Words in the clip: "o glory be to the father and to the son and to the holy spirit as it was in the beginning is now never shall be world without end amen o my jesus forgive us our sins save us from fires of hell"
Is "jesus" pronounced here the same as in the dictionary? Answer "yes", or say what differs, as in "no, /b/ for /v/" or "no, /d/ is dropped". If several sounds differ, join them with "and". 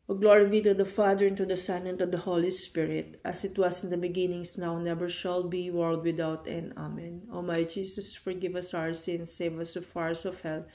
no, /s/ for /z/